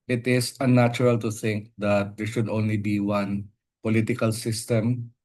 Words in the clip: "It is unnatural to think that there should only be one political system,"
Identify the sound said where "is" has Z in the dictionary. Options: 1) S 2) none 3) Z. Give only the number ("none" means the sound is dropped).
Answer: 1